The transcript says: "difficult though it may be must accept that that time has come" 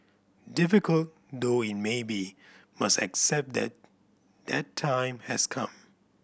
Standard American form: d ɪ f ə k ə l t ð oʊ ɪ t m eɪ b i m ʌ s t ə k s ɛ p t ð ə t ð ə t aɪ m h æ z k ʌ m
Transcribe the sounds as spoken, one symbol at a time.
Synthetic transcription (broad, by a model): d ɪ f ə k ə l t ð oʊ ɪ t m eɪ b i m ʌ s t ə k s ɛ p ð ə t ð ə t aɪ m h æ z k ʌ m